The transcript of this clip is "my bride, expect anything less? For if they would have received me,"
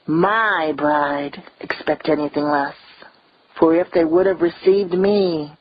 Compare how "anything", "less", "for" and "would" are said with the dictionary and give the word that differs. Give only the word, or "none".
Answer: none